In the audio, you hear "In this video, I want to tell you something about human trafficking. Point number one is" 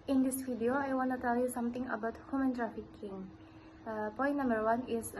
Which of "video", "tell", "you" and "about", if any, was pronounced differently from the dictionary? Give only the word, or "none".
video